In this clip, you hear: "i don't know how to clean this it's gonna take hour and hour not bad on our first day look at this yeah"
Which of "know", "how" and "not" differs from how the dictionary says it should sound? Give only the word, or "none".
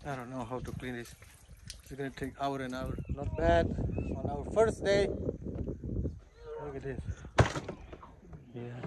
not